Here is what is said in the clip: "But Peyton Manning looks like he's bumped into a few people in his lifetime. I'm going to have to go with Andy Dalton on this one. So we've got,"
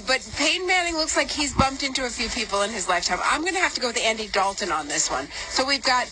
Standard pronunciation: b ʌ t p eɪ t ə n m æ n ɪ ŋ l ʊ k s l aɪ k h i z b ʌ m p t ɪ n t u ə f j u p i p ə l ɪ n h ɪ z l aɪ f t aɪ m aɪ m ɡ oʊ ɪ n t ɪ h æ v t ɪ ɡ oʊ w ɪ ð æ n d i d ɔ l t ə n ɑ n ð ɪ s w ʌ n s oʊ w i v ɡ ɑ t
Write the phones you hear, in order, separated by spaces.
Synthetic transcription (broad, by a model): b ʌ t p eɪ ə n m æ n ɪ ŋ l ʊ k s l aɪ k h i z b ʌ m p t ɪ n t u ə f j u p i p l ɪ n ɪ z l aɪ f t aɪ m aɪ m ɡ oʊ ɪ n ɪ h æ f t ɪ ɡ oʊ w ɪ ð æ n d i d ɔ l t ə n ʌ n ð ɪ s w ʌ n s oʊ w i v ɡ ɑ t